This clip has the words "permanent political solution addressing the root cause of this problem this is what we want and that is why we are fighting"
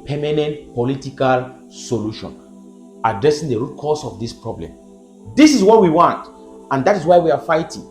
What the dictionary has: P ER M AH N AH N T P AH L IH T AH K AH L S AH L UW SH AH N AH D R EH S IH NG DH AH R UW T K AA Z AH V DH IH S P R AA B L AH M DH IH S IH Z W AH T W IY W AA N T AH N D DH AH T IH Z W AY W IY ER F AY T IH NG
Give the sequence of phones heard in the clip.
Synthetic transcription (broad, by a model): P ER M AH N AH N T P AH L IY T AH K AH L S AH L UW SH AH N AH D R EH S IH NG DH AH R UW T K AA S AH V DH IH S P R AA B L AH M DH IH S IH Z W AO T W IY W AA N T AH N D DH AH T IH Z W AY W IY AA F AY T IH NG